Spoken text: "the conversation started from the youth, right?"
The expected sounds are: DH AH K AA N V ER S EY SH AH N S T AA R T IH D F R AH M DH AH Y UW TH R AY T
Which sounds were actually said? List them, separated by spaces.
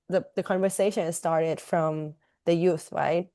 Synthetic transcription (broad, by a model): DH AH K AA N V ER S EY SH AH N S T AA R T IH D F R AH M DH AH Y UW TH R AY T